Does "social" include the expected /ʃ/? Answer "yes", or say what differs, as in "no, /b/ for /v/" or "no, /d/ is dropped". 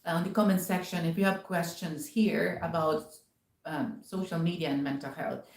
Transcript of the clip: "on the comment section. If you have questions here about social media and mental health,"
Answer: yes